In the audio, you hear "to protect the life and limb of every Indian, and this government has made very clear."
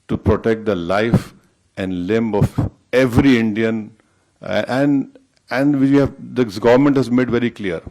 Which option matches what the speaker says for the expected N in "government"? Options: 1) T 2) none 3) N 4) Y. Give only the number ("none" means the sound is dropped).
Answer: 3